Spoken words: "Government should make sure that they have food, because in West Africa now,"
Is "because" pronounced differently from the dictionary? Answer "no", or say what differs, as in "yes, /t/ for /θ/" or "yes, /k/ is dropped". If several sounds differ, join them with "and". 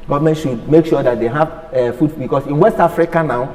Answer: yes, /s/ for /z/